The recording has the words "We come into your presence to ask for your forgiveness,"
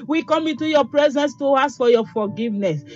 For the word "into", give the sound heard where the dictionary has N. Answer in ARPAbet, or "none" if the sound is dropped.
N